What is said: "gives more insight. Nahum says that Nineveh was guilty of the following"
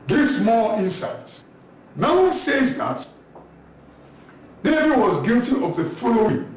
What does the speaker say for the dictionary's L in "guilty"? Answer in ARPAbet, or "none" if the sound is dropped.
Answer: L